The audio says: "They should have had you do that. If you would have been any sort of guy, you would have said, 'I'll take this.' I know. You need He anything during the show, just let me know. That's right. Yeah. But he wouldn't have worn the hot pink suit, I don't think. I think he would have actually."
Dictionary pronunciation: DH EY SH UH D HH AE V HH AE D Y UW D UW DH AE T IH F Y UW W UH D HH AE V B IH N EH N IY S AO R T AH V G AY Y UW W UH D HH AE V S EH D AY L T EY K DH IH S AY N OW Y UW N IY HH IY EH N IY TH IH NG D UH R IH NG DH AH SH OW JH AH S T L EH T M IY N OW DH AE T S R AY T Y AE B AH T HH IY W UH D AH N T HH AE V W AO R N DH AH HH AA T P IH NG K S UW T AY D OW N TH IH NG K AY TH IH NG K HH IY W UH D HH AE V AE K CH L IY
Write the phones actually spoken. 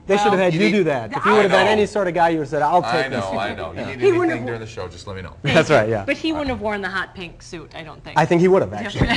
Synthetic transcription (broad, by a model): DH EY SH UH D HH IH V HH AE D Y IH D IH DH AE T IH F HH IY W UH D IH V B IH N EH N IY S AO R T AH V G AY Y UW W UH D S EH D AY L T EY K DH IH S AY N OW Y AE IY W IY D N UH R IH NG DH AH SH OW JH AH S T L EH T M IY N OW DH AE T S R AY T Y AE B AH T HH IY W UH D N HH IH V W AO R N DH AH HH AA T P IH NG K S UW T AY D OW N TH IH AY TH IH NG K HH IY W UH D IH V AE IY